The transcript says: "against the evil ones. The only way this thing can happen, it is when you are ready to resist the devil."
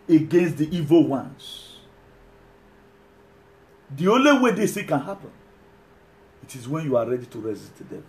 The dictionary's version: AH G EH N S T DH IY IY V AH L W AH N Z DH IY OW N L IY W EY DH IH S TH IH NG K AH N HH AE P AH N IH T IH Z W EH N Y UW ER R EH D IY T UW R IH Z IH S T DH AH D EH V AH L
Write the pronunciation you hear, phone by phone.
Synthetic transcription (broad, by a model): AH G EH N S T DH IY IY V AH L W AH N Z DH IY OW N L IY W EY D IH S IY K AH N HH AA P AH N IH T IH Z W EH N Y UW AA R EH D IY T UW R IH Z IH S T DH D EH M